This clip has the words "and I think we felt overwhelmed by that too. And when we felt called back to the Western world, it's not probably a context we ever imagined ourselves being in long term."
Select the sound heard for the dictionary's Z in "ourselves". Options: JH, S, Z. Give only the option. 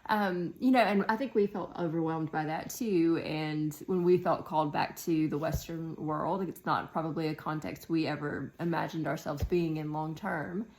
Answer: Z